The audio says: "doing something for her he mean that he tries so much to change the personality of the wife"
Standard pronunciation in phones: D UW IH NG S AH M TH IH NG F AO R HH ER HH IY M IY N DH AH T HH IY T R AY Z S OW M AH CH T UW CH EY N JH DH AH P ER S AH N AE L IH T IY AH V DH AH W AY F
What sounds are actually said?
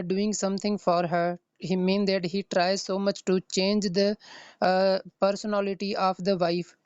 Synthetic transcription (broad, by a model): D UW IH NG S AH M T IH NG F AO R HH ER HH IY M IY N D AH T HH IY T R AY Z S OW M AH CH T UW CH EY N JH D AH P ER S AH N AE L IH T IY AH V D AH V AY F